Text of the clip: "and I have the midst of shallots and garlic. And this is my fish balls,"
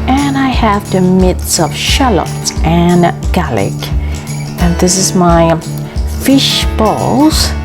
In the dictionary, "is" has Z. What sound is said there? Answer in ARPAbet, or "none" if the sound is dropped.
Z